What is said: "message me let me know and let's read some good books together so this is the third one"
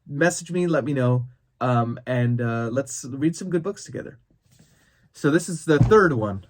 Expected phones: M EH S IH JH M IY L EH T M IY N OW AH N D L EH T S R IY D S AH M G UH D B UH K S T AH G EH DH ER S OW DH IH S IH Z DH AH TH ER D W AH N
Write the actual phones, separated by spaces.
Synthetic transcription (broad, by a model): M EH S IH JH M IY L EH T M IY N OW AH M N L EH T S R IY D S AH M G UH D B UH K S T AH G EH DH ER S OW DH IH S IH Z DH AH TH ER D W AH N